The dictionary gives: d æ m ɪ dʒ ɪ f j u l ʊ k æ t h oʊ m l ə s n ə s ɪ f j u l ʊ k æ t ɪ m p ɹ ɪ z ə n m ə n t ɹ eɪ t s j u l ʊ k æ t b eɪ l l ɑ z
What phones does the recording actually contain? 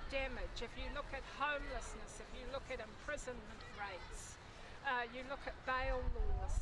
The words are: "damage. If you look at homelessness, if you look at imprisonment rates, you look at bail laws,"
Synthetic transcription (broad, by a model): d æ m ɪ dʒ ɪ f j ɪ l ʊ k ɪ t h oʊ m l ə s n ə s ɪ f j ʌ l ʊ k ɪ t ɪ m p ɹ ɪ z ə n m ə n t ɹ eɪ t s j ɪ l ʊ k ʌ t b eɪ l l ɑ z